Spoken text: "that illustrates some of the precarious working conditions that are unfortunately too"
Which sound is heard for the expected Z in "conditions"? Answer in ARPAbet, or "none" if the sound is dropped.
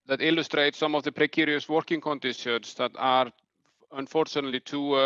S